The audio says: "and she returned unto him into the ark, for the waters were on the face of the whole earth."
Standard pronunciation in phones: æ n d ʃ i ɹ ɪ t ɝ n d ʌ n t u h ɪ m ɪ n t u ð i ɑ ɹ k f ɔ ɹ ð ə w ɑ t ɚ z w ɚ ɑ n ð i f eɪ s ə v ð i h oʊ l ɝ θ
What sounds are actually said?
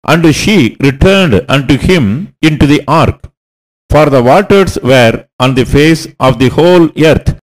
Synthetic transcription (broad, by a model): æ n d ʃ i ɹ ɪ t ɝ n d ʌ n t u h ɪ m ɪ n t u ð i ɑ ɹ k f ɔ ɹ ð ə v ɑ t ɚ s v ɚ ɑ n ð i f eɪ s ə v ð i h oʊ l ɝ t